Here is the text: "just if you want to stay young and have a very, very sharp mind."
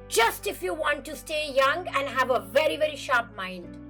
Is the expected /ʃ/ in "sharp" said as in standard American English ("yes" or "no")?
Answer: yes